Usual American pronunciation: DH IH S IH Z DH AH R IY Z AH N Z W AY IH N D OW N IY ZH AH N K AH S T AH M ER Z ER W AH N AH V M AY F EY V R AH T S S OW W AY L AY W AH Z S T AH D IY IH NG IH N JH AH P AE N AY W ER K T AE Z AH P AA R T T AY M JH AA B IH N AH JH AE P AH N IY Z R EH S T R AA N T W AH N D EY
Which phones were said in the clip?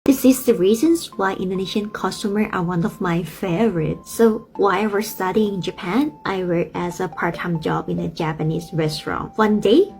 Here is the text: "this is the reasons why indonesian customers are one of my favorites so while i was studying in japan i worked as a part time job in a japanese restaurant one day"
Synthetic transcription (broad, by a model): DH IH S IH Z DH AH R IY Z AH N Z W AY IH N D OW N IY SH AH N K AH S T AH M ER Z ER W AH N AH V M AY F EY V R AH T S S OW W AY AY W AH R S T AH D IY IH NG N JH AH P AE N AY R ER T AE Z AH P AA R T T AY M JH AA B IH N AH JH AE P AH N IY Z R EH S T R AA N W AH N D EY